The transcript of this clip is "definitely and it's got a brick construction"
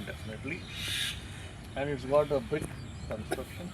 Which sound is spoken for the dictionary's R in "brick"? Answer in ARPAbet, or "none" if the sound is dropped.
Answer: none